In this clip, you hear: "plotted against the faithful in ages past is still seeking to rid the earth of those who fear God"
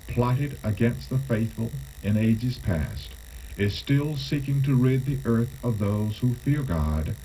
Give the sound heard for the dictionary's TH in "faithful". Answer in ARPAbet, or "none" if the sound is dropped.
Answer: TH